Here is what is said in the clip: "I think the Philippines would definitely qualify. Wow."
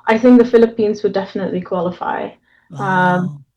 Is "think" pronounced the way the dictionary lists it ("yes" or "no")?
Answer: yes